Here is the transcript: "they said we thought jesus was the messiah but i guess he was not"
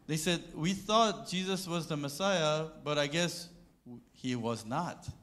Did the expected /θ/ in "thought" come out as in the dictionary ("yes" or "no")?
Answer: yes